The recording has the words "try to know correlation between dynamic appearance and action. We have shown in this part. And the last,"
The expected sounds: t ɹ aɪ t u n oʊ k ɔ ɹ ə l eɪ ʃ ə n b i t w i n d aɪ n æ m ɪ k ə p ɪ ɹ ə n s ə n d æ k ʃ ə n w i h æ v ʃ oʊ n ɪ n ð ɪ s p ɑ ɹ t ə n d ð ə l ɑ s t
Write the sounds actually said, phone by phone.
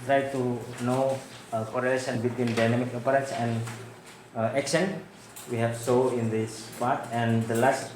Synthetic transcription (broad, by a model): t ɹ aɪ t u n oʊ k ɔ ɹ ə l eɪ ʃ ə n b i t w i n d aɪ n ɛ m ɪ k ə p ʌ ɹ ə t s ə n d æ k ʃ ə n w i h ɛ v s oʊ ɪ n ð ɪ s p ɑ ɹ t ə n d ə l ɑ s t